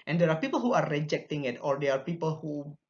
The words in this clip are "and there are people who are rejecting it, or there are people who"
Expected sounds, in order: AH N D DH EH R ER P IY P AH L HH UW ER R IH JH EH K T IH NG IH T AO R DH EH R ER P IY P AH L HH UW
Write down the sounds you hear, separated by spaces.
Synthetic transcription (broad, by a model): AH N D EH R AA P IY P AH L HH UW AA R IH JH EH K T IH NG IH T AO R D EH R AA P IY P AH L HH UW